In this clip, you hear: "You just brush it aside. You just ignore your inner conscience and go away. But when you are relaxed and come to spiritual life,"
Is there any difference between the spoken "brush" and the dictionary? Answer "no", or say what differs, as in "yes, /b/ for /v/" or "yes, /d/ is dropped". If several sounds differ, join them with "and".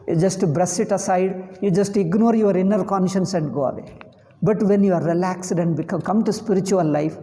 yes, /s/ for /ʃ/